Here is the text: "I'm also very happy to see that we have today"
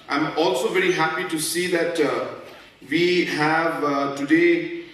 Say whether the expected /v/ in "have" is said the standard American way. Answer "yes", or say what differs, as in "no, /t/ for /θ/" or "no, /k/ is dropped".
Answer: yes